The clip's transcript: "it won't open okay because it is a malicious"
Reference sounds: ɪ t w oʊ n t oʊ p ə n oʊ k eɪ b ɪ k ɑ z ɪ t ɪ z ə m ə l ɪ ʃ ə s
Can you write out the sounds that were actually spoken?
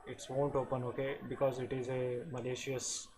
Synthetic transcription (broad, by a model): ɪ t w oʊ n t oʊ p ə n oʊ k eɪ b ɪ k ɑ z ɪ t ɪ z ə m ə l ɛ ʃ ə s